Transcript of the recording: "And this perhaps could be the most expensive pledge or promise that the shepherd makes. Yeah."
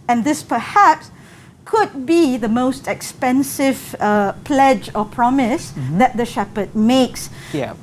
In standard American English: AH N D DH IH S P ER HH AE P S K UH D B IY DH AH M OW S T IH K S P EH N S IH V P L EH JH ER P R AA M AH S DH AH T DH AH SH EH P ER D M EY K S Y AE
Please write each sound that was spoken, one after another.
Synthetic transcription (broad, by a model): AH N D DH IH S P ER HH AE P S K UH D B IY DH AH M OW S T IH K S P EH N S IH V P L EH JH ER P R AA M AH S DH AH T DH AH SH EH P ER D M EY K S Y